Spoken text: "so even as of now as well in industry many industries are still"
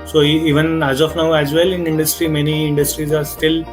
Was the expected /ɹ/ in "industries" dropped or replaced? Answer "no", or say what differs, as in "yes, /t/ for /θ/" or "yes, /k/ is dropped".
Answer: no